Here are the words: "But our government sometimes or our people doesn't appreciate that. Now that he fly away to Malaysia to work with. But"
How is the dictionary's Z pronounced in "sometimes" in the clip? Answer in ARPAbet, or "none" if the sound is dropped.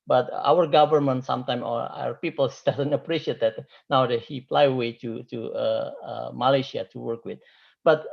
none